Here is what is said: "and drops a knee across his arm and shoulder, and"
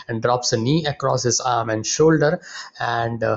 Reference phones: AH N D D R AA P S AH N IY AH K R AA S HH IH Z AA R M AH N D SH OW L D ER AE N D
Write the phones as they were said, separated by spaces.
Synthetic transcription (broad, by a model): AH N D D R AA P S AH N IY AH K R AA S HH IH Z AA R M AH N D SH OW L D ER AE N D